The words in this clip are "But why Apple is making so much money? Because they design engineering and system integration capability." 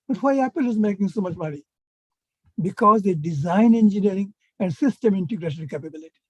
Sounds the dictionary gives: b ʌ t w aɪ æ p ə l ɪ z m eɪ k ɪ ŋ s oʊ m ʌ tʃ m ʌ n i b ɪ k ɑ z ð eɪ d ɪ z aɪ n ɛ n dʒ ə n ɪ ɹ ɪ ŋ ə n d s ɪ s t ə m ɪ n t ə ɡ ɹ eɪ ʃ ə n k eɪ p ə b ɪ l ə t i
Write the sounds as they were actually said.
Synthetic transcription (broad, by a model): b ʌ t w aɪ æ p ə l ɪ z m eɪ k ɪ ŋ s oʊ m ʌ tʃ m ʌ n i b ɪ k ɑ z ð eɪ d ɪ z aɪ n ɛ n dʒ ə n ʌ ɹ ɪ ŋ ə n d s ɪ s t ə m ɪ n t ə ɡ ɹ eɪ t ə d k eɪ p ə b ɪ l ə t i